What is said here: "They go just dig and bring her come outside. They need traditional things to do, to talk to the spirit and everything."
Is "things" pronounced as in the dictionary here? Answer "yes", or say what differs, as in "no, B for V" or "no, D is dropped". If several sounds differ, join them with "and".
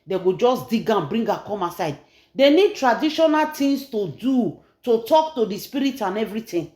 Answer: no, T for TH and S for Z